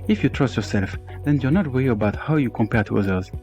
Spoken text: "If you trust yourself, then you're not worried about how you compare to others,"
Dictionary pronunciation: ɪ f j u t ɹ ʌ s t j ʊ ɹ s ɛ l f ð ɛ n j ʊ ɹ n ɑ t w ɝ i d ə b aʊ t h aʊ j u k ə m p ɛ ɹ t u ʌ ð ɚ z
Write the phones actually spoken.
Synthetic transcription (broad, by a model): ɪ f j u t ɹ ʌ s t j ʊ ɹ s ɛ l f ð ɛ n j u n ɑ t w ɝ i ə b aʊ t h aʊ j u k ə m p ɛ ɹ t u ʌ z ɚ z